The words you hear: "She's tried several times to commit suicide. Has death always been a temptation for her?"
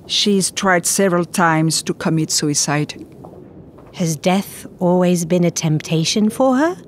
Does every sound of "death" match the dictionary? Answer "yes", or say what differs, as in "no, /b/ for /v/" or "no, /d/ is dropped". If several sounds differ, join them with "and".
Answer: yes